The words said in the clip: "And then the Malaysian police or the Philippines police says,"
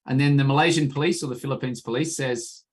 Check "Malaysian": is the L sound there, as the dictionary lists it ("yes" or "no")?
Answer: yes